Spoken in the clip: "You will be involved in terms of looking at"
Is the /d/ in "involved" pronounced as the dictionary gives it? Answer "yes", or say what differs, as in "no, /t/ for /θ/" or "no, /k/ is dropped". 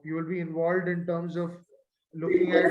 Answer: yes